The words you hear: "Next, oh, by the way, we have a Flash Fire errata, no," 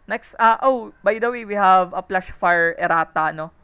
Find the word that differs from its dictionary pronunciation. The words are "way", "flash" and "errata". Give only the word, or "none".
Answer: flash